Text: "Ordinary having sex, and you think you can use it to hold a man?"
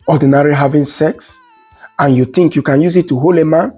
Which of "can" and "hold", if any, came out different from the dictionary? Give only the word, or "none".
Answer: hold